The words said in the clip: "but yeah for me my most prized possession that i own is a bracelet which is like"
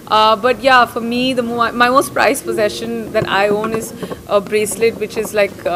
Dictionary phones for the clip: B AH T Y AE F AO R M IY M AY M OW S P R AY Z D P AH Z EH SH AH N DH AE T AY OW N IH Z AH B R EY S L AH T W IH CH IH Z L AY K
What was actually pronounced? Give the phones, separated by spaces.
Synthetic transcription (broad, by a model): B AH T Y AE F AO R M IY M AY M OW S P R AY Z P AH Z EH SH AH N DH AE T AY OW N IH Z AH B R EY S L AH T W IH CH IH Z L AY K